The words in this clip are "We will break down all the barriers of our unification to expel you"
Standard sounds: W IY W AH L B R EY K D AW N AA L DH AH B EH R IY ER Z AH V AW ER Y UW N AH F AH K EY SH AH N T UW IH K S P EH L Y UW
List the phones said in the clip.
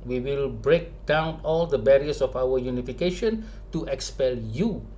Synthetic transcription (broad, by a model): W IY W AH L B R EY K D AW N AA L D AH B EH R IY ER S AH F AW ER Y UW N AH F AH K EY SH AH N T UW IH K S P EH L Y UW